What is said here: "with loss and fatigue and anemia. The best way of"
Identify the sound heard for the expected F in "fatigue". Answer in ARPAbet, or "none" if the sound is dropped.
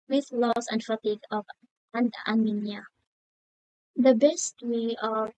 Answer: F